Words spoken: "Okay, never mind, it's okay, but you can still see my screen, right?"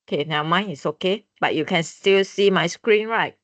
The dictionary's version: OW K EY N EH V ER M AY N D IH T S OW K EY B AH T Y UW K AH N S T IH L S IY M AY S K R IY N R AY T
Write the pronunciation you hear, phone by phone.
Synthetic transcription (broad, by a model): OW K EY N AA UH M AY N IH T S OW K EY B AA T Y UW K AH N S T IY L S IY M AY S K R IY N R AY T